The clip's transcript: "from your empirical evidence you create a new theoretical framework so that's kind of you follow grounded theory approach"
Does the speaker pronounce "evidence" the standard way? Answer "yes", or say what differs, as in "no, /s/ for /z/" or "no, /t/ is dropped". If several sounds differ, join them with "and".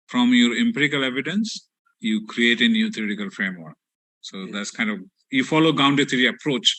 yes